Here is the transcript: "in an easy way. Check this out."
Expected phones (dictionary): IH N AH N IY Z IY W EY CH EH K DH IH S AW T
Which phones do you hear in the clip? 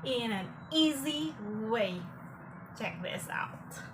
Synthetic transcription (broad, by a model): IH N AH N IY Z IY W EY CH EH K DH IH S AW T